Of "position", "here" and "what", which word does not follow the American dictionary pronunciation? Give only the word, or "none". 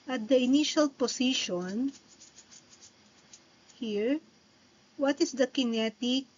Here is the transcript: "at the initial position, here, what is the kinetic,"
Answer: position